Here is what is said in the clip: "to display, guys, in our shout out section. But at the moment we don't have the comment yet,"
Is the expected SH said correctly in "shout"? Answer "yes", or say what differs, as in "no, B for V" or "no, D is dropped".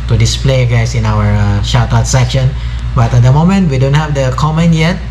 yes